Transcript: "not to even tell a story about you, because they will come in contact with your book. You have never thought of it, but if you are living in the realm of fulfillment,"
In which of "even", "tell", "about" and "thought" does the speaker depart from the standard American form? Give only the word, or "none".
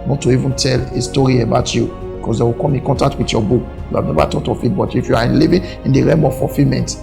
thought